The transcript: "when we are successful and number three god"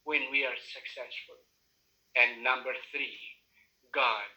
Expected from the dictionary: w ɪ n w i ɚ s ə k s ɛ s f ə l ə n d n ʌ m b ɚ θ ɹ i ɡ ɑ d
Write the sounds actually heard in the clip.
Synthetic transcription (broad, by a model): w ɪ n w i ɚ s ə k s ɛ s f ə l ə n n ʌ m b ɚ θ ɹ i ɡ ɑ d